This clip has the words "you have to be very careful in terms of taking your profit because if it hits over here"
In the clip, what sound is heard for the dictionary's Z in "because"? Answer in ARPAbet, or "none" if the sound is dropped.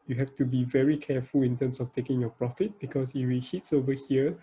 S